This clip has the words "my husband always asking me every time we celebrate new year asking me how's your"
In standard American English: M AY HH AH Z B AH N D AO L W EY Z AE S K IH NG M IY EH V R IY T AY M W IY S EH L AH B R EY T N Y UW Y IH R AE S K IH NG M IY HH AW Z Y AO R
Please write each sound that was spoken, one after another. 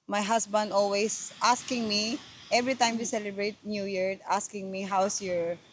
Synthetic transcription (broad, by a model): M AY HH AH S B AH N D AO L W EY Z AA S K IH NG M IY EH V R IY T AY M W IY S EH L AH B R EY T N Y UW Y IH R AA S K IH NG M IY HH AW S Y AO R